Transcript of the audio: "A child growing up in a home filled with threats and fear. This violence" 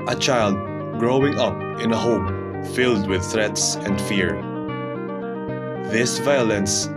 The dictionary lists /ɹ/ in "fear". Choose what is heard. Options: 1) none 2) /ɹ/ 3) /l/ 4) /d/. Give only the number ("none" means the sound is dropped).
2